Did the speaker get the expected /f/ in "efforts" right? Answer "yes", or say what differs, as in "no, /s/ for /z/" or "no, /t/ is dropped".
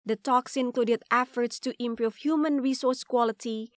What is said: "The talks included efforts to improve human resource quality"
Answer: yes